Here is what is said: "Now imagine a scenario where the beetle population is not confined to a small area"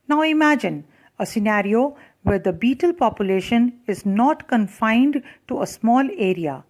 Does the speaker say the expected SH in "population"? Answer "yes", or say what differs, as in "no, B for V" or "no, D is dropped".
yes